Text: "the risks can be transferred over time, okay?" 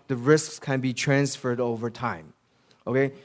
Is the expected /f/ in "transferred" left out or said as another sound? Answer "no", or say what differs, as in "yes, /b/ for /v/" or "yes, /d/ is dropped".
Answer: no